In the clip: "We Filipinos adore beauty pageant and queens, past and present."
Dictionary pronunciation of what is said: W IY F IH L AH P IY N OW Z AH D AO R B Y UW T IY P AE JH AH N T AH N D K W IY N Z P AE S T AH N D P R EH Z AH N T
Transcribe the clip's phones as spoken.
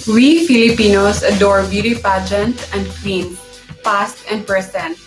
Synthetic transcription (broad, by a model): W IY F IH L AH P IY N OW S AH D AO R B Y UW T IY P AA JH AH N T AH N D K W IY N P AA S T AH N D P R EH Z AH N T